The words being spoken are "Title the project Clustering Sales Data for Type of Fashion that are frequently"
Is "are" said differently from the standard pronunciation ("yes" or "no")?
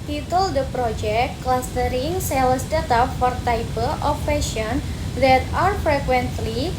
no